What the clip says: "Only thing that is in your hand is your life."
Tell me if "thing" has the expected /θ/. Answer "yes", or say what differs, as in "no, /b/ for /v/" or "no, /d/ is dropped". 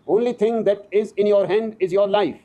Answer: no, /t/ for /θ/